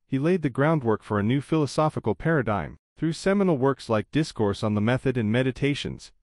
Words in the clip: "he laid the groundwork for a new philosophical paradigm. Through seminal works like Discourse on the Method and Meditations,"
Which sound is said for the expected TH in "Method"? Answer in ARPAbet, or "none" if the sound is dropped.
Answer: TH